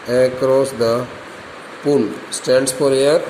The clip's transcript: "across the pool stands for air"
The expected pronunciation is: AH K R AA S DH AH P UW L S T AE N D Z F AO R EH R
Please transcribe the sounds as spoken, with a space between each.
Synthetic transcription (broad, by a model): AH K R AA S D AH P UW L S T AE N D S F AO R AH R